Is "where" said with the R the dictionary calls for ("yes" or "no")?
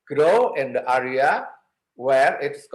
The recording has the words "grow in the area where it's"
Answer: yes